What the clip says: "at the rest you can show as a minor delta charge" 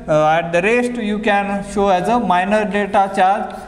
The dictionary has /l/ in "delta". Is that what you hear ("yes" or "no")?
no